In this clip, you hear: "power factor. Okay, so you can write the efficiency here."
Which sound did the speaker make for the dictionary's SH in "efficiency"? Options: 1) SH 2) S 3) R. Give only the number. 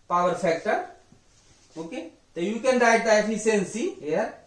2